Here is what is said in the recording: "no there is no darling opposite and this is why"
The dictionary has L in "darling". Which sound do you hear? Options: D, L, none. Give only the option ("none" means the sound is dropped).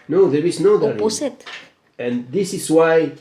none